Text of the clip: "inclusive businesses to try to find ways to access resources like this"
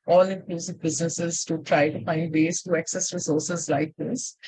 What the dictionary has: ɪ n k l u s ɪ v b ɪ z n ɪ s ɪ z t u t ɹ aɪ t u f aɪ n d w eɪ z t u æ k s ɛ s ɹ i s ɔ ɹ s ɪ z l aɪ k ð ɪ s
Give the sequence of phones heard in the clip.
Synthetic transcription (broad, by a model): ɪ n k l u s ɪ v b ɪ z n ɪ s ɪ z t u t ɹ aɪ t u f aɪ n d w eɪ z t u æ k s ɛ s ɹ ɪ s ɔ ɹ s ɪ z l aɪ k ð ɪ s